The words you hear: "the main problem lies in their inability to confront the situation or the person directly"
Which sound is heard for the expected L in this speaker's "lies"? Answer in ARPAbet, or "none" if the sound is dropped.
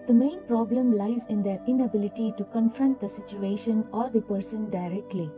L